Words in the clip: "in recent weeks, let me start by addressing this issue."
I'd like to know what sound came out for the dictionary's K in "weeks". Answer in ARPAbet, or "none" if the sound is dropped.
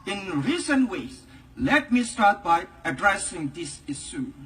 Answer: none